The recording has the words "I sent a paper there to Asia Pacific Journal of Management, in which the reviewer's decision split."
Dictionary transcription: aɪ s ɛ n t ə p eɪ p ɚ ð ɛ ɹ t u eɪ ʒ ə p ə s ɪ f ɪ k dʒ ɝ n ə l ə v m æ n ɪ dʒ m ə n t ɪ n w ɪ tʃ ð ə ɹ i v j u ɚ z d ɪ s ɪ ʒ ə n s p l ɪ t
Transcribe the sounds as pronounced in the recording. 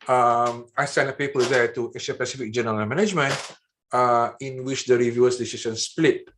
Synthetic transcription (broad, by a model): aɪ s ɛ n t ə p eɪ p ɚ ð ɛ t u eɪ ʃ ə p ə s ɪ f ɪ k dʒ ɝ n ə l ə m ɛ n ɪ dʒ m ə n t ɪ n w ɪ tʃ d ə ɹ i v j u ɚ s d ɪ s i s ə n s p l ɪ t